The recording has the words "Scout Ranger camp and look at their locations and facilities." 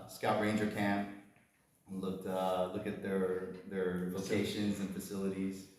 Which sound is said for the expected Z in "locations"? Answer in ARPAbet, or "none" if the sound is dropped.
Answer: Z